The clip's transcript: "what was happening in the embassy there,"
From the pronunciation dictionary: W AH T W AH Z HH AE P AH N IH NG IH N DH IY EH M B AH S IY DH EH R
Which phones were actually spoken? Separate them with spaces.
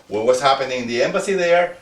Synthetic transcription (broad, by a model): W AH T W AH S HH AE P AH N IH NG IH N DH IY EH M B AH S IY DH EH R